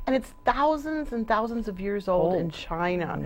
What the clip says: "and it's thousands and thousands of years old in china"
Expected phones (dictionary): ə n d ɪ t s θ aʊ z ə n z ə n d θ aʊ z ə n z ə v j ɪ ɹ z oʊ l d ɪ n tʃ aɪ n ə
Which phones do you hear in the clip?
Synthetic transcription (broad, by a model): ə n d ɪ t s θ aʊ z ə n z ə n θ aʊ z ə n z ə v j ɪ ɹ z oʊ l d ɪ n tʃ aɪ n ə